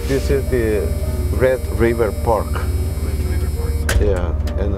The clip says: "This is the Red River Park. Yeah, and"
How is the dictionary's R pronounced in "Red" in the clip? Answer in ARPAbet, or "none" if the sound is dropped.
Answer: R